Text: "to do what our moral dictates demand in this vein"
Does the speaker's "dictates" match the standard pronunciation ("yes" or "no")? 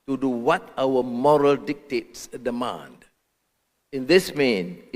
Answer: yes